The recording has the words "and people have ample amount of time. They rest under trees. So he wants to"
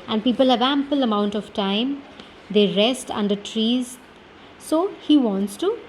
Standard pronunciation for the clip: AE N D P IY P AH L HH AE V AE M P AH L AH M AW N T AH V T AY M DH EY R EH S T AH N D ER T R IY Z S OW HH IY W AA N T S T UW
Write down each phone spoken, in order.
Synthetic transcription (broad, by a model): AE N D P IY P AH L HH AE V AE M P AH L AH M AW N T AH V T AY M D EY R EH S T AH N D ER T R IY Z S OW HH IY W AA N T S T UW